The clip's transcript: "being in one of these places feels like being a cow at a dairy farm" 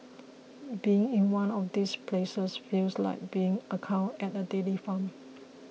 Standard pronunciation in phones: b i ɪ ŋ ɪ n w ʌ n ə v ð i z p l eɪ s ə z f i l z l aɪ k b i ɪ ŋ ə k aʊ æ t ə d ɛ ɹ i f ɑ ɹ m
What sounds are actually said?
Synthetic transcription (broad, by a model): b i ɪ ŋ ɪ n w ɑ n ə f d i s p l eɪ s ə s f i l s l aɪ k b i ɪ ŋ ə k aʊ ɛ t ə d ɛ l i f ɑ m